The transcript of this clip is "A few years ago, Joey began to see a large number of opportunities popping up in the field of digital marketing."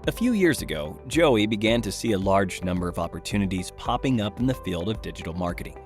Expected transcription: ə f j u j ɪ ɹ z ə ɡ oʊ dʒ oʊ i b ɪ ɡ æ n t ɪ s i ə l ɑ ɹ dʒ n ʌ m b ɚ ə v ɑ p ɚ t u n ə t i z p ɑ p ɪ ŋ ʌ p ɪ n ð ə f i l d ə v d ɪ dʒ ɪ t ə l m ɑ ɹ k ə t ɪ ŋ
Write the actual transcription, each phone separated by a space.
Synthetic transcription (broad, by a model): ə f j u j ɪ ɹ z ə ɡ oʊ dʒ oʊ i b ɪ ɡ æ n t ɪ s i ə l ɑ ɹ dʒ n ʌ m b ɚ ə v ɑ p ɚ t u n ə t i z p ɑ p ɪ ŋ ʌ p n ð ə f i l d ə v d ɪ dʒ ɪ t l m ɑ ɹ k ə t ɪ ŋ